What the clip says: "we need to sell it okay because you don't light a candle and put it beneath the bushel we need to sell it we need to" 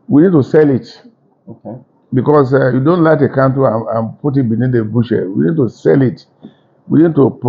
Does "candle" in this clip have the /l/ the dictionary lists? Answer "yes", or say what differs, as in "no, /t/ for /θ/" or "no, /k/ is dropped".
no, /n/ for /l/